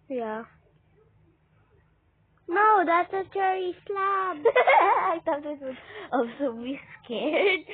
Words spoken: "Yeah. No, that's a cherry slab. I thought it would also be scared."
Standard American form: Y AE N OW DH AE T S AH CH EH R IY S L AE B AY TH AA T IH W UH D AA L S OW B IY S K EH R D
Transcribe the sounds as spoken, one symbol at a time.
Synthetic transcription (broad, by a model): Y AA N OW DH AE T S AH CH EH R IY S L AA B AY T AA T IH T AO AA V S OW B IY S K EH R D